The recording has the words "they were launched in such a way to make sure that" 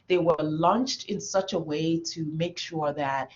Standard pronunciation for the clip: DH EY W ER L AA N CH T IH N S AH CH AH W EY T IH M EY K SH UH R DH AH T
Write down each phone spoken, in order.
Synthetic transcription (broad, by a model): DH EY W ER L AA N CH T IH N S AH CH AH W EY T IH M EY K SH UH R DH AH T